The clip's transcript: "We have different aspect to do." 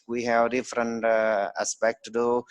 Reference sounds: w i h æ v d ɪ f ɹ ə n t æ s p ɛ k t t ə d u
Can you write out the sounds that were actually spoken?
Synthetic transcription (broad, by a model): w i h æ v d ɪ f ɹ ə n t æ s p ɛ k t t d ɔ